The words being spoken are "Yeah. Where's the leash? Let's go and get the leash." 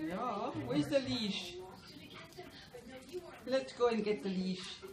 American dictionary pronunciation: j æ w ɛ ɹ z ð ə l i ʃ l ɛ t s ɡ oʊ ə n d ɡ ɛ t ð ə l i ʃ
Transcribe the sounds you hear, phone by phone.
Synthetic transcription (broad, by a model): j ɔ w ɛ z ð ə l i ʃ l ɛ t s ɡ oʊ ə n ɡ ɛ t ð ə l i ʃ